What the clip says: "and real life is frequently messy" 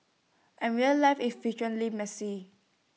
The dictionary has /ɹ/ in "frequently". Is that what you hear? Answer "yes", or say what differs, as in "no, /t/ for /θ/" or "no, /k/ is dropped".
no, /ɹ/ is dropped